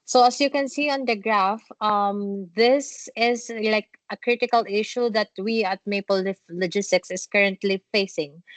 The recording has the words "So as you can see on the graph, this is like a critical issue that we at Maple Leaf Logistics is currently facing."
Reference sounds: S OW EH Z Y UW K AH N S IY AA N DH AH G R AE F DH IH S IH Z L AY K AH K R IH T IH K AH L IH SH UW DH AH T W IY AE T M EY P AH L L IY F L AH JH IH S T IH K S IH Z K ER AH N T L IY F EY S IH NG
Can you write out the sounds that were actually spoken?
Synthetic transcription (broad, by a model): S OW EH S Y UW K AH N S IY AA N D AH G R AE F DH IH S IH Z L AY K AH K R IH T IH K AH L IH SH UW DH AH T W IY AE T M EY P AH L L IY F L AH JH IH S T IH K S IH S K ER AH N T L IY F EY S IH NG